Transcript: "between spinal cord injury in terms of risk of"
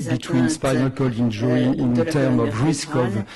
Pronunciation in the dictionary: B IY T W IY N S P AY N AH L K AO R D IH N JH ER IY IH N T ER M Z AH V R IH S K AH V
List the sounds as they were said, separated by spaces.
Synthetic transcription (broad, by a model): B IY T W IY N S P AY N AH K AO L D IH N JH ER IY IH N T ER M AH V R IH S K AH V